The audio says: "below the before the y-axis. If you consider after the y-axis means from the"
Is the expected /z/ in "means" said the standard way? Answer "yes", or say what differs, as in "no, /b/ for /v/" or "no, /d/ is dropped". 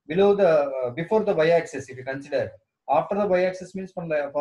no, /s/ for /z/